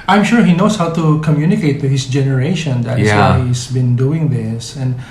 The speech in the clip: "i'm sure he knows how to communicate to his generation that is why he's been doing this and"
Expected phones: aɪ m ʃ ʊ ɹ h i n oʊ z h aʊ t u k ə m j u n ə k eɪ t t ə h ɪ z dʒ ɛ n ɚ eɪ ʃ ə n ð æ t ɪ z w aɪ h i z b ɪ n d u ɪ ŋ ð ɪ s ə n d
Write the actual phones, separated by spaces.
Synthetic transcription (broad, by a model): aɪ m ʃ ʊ ɹ h i n oʊ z h aʊ t u k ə m j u n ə k eɪ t t ə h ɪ s dʒ ɛ n ɚ eɪ ʃ ə n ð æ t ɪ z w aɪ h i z b ɪ n d u ɪ ŋ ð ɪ s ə n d